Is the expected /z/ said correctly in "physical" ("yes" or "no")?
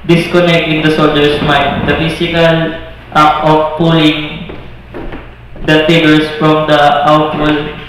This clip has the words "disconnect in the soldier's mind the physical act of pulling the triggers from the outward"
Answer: no